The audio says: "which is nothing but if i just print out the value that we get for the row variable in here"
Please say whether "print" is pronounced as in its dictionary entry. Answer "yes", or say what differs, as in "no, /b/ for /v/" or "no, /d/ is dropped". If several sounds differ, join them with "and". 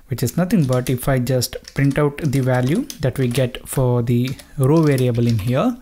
yes